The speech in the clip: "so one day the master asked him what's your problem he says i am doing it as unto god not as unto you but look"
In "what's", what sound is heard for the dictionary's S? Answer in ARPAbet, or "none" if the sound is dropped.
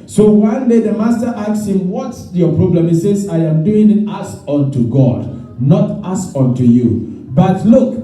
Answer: none